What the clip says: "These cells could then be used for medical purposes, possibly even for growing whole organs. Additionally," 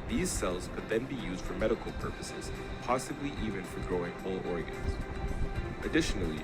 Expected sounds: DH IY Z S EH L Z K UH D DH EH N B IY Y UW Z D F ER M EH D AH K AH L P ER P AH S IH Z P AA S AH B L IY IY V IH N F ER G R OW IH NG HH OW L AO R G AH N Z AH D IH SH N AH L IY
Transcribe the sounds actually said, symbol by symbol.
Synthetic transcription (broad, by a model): DH IY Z S EH L Z K UH D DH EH N B IY Y UW Z D F ER M EH D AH K L P ER P AH S IH Z P AA S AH B L IY IY V IH N F ER G R OW IH NG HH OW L AO R G AH N Z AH D IH SH N L IY